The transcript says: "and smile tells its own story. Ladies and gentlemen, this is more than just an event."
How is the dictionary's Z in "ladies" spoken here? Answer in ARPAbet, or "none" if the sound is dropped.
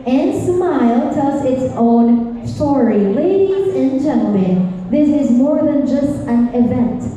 Z